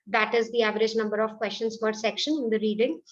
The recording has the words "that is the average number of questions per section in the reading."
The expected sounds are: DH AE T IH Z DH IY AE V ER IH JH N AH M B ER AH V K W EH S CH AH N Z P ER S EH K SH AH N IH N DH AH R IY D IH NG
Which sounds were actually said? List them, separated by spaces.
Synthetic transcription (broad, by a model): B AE T IH Z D IY AE V ER IH JH N AH M B ER AH V K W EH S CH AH N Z F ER S EH K SH AH N IH N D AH R IY D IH NG